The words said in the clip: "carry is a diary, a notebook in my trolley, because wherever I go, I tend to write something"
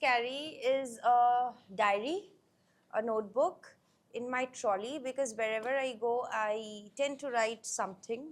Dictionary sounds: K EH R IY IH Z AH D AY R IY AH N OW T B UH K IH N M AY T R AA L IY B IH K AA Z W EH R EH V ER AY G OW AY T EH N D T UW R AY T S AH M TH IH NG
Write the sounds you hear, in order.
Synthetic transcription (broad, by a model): K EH R IY IH Z AH D AY R IY AH N OW T B UH K IH N M AY T R AA L IY B IH K AA Z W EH R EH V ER AY G OW AY T EH N D T UW R AY T S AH M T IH NG